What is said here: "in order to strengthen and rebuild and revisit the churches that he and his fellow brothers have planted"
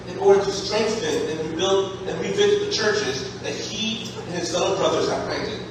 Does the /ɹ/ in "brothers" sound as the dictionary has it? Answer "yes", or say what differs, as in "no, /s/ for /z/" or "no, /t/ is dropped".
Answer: yes